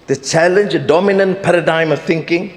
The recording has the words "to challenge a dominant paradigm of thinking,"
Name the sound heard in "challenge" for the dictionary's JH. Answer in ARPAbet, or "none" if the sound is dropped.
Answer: JH